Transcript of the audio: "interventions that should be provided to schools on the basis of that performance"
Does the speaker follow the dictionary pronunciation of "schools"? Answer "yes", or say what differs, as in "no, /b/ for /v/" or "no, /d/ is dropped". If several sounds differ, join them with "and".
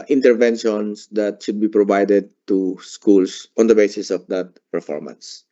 no, /s/ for /z/